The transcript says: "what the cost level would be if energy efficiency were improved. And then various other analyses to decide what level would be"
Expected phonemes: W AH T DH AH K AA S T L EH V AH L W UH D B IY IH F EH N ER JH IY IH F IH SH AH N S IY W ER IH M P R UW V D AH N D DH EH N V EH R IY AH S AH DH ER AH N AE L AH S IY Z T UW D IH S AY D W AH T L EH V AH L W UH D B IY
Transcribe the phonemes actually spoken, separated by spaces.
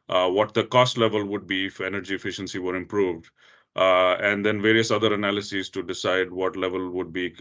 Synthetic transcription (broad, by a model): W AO T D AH K AA S T L EH V AH L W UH D B IY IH F EH N ER JH IY IH F IH SH AH N S IY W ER IH M P R UW V D AH N D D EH N V EH R IY AH S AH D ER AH N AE L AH S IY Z T UW D IH S AY D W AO T L EH V AH L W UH D B IY